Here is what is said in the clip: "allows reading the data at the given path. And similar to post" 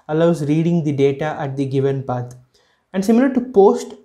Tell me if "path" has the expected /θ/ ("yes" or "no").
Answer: no